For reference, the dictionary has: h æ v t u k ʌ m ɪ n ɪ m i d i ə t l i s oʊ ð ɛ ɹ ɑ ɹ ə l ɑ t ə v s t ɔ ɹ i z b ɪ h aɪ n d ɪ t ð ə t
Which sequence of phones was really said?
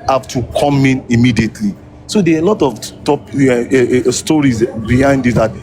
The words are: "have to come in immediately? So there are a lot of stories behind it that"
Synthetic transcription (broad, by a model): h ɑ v t u k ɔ m ɪ n ɪ m i d i ə t l i s oʊ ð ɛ l ɑ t ə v t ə p s t ɔ ɹ i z b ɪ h aɪ n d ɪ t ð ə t